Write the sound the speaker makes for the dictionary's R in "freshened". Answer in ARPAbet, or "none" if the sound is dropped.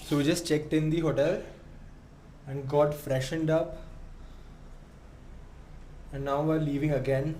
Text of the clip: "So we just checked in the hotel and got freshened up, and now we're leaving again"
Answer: R